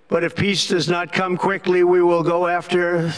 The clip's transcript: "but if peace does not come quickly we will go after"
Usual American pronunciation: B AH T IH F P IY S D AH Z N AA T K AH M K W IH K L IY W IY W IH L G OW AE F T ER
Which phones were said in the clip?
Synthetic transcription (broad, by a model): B AH T IH F P IY S D AH Z N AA T K AH M K W IH K L IY W IY W IH L G OW AE F T ER